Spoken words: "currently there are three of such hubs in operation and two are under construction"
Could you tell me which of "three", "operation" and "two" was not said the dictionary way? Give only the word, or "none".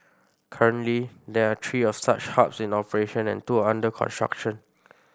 three